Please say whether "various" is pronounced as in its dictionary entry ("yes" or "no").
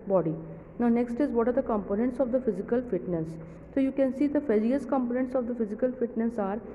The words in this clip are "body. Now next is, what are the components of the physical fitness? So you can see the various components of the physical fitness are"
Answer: no